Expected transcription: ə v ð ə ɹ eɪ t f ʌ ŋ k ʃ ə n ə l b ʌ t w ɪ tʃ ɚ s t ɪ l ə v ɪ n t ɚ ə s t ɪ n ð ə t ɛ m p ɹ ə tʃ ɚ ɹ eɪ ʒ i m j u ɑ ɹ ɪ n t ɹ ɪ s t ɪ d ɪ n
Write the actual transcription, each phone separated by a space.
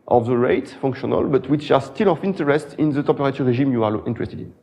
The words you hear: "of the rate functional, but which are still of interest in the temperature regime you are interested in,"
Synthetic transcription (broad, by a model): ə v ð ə ɹ eɪ t f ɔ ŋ k ʃ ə n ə l b ʌ t w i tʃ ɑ s t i l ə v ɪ n t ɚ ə s t ɪ n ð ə t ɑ p ɹ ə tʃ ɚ ɹ eɪ ʒ i m j u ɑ l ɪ n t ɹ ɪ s t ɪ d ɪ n